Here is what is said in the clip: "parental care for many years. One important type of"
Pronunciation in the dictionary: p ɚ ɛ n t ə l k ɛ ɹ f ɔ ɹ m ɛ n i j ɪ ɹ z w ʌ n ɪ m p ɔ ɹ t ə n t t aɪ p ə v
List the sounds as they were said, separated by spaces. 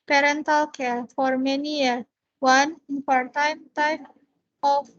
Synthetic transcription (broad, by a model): p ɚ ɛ n t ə l k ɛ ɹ f ɔ ɹ m ɛ n i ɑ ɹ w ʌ n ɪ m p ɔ ɹ t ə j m t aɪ f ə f